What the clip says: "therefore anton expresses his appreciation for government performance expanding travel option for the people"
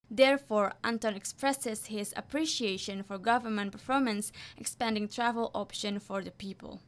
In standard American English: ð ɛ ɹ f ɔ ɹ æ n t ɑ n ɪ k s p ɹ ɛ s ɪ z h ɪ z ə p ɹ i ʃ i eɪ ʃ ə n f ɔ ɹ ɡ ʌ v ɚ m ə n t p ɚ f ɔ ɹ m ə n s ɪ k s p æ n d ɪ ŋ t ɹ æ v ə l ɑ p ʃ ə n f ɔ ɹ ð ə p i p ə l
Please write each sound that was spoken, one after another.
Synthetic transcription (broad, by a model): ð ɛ ɹ f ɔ ɹ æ n t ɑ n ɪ k s p ɹ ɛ s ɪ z h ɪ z ə p ɹ i ʃ i eɪ ʃ ə n f ɔ ɹ ɡ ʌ v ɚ m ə n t p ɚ f ɔ ɹ m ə n s ɪ k s p æ n d ɪ ŋ t ɹ æ v ə l ɑ p ʃ ə n f ɔ ɹ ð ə p i p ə l